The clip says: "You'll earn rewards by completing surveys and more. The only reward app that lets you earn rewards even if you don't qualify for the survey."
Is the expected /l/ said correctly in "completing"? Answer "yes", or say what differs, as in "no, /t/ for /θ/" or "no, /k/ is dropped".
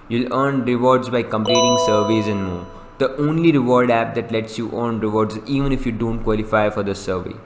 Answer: no, /l/ is dropped